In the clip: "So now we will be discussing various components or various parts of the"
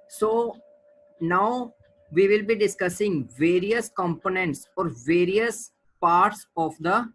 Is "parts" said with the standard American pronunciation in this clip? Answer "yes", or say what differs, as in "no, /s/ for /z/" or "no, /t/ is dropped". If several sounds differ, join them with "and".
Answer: yes